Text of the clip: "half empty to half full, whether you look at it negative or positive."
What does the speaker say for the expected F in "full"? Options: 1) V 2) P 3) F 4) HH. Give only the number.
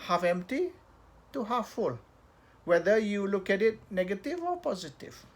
3